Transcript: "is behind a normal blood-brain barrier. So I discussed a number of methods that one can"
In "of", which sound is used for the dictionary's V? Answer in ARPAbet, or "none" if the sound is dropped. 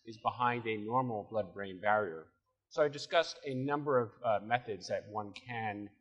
V